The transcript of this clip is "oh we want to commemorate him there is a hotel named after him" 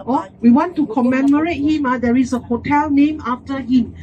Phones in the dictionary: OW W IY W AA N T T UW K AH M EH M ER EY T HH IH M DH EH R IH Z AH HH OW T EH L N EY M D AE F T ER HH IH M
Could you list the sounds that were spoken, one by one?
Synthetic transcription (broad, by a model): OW W IY W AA N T T UW K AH M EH M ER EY T HH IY M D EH R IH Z AH HH OW T EH L N EY M AA F T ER HH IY M